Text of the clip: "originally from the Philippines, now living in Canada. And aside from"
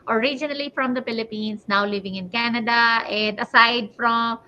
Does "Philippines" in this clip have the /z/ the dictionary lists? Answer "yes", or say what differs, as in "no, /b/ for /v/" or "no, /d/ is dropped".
no, /s/ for /z/